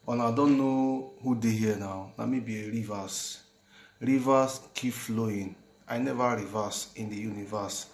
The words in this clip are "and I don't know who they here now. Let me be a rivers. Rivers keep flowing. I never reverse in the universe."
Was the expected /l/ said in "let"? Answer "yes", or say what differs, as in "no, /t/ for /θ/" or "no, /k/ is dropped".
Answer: no, /n/ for /l/